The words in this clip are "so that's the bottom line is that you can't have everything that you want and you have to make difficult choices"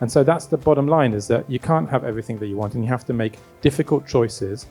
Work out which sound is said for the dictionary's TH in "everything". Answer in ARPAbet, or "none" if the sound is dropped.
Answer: TH